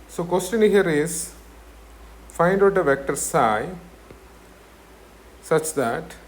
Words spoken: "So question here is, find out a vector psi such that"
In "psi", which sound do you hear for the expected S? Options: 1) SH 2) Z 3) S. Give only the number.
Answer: 3